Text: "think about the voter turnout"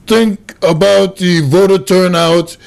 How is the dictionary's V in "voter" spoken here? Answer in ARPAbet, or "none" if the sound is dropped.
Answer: V